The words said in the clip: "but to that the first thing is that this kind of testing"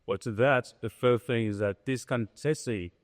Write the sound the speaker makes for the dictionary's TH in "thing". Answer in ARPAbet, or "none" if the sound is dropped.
TH